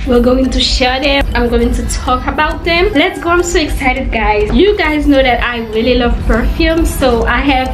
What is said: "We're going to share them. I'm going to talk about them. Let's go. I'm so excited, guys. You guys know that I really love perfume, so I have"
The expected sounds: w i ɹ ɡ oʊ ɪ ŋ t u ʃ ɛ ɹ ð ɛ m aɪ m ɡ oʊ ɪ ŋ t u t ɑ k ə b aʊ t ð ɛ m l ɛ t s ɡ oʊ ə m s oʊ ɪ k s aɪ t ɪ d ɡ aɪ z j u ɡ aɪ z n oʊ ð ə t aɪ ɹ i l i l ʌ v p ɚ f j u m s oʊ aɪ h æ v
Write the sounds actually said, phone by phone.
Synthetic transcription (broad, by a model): w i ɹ ɡ oʊ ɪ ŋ t u ʃ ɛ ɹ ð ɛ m aɪ m ɡ oʊ ɪ ŋ t u t ɑ k ə b aʊ t ð ɛ m l ɛ t s ɡ oʊ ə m s oʊ ɪ k s aɪ t ɪ d ɡ aɪ z j u ɡ aɪ z n oʊ ð ə t aɪ ɹ i l i l ʌ v p ɚ f j u m s oʊ aɪ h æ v